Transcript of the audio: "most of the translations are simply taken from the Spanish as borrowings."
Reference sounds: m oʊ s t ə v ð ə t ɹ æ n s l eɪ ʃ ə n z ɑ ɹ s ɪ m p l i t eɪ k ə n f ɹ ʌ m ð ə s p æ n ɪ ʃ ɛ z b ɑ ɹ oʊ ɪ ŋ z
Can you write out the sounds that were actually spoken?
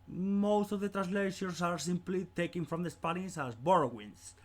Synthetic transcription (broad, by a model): m oʊ s t ə v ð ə t ɹ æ n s l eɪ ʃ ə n s ɑ ɹ s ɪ m p l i t eɪ k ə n f ɹ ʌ m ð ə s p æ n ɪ s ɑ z b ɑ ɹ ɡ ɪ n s